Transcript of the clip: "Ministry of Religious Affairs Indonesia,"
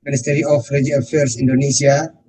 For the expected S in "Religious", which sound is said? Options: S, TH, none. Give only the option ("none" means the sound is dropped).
none